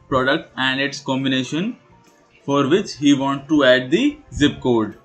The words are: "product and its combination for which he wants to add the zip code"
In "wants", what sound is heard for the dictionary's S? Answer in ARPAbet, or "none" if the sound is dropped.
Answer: none